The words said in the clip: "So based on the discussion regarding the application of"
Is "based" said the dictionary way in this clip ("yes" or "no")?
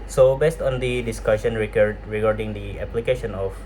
yes